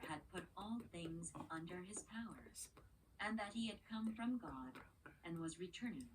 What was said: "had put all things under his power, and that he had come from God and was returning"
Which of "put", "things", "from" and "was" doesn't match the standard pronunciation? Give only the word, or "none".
none